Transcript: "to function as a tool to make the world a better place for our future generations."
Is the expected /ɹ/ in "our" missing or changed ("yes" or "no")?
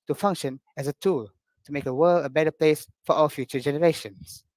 yes